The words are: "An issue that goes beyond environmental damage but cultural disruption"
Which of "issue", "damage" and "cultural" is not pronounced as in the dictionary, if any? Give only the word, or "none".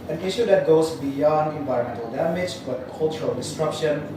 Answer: none